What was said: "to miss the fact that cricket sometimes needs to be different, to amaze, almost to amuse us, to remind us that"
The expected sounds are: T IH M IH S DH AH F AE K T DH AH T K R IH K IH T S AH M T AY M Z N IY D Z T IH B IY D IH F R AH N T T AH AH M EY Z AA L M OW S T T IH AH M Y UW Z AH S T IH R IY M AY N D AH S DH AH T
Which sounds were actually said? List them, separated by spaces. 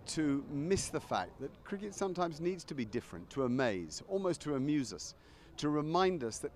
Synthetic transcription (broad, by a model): T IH M IH S DH AH F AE K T DH AH T K R IH K IH T S AH M T AY M Z N IY D Z T IH B IY D IH F R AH N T T AH AH M EY Z AA L M OW S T T IH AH M Y UW Z AH S T IH R IY M AY N D AH S DH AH T